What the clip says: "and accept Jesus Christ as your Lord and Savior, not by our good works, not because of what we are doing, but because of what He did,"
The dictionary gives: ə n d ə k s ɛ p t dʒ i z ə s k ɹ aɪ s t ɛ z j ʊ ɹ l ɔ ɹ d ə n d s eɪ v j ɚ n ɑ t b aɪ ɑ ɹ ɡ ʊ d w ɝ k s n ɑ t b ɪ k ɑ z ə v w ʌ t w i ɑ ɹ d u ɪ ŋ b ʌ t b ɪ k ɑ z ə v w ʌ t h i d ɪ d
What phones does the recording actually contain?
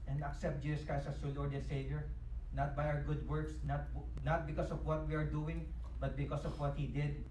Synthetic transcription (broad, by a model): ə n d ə k s ɛ p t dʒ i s s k aɪ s ʌ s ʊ l ɔ ɹ d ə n s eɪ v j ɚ n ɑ t b aɪ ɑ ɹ ɡ ʊ d w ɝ k s n ɑ t b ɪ k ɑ s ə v w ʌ t w i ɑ ɹ d u ɪ ŋ b ʌ t b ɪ k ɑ s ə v w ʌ t h i d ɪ d